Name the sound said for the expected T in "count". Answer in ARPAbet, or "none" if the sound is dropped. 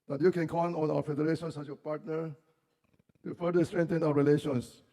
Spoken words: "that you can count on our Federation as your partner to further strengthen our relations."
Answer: none